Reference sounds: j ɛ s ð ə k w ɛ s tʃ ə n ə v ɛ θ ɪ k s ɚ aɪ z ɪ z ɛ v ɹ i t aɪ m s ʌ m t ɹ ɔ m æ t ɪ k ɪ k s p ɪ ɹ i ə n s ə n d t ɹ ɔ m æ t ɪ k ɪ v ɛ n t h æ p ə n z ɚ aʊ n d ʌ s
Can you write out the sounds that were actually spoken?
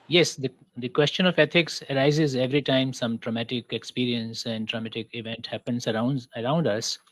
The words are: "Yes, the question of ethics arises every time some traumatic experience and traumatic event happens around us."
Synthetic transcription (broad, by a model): j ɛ s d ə k w ɛ s tʃ ə n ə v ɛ t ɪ k s ɚ aɪ z ɪ z ɛ v ɹ i t aɪ m s ʌ m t ɹ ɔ m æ t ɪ k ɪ k s p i ɹ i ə n s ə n d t ɹ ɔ m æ t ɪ k ɪ v ɛ n t h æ p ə n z ɚ aʊ n d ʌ s